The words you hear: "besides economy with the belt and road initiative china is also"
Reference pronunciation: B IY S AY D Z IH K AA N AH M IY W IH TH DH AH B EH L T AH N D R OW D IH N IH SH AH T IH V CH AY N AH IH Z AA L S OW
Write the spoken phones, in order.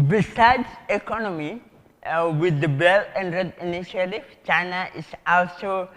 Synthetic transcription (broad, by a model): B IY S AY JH IH K AA N AH M IY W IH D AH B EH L AH N D R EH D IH N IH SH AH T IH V CH AY N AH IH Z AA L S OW